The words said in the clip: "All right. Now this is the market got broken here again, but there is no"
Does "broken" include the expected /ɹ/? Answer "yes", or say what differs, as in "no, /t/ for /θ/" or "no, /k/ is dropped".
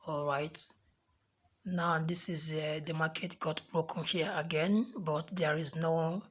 yes